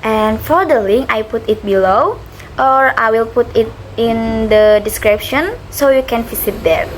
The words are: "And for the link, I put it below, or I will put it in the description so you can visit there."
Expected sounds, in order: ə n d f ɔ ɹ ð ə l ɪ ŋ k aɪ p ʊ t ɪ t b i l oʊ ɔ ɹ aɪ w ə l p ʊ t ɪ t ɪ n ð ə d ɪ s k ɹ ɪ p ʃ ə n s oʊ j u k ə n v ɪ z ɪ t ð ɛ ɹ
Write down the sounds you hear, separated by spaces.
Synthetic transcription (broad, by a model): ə n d f ɔ ɹ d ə l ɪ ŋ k aɪ p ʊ t ɪ t b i l oʊ ɔ ɹ aɪ w ə l p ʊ t ɪ t ɪ n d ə d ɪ s k ɹ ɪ p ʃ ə n s oʊ j u k ə n f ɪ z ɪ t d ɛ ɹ